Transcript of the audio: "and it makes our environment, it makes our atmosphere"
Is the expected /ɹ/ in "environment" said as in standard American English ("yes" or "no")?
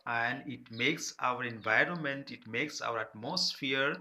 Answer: yes